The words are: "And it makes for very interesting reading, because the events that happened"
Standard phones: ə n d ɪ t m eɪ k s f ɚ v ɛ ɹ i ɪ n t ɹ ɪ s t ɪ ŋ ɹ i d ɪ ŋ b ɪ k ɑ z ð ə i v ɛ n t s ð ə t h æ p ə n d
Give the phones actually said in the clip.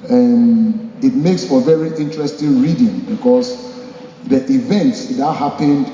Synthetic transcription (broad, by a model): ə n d ɪ t m eɪ k s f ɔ v ɛ ɹ i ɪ n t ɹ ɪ s t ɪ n ɹ i d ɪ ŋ b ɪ k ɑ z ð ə i v ɛ n t s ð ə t h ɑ p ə n d